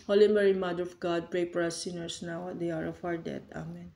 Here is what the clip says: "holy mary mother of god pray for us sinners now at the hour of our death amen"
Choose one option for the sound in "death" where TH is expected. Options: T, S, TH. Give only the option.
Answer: T